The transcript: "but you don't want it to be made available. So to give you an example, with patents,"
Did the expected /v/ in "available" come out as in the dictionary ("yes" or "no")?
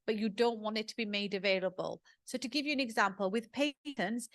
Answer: yes